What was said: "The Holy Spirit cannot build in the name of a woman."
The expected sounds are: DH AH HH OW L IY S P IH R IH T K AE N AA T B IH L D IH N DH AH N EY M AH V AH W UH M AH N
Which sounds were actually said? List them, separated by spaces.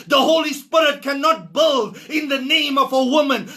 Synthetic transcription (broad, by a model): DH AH HH OW L IY S P IH R IH T K AE N AA T B IH L D IH N DH AH N EY M AH V AH W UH M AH N